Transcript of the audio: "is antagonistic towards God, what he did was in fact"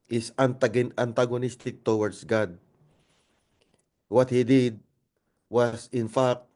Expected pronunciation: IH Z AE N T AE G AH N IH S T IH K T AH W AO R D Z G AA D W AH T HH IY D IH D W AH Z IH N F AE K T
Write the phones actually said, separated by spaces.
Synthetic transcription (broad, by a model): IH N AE N T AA G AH N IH S T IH K T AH W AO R D S G AA D W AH T HH IY D IH D W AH S IH N F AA K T